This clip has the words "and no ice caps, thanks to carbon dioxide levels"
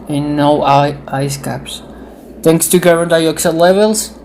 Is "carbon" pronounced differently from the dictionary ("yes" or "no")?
yes